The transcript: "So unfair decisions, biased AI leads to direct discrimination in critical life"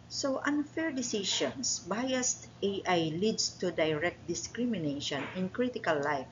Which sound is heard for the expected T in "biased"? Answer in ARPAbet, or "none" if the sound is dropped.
T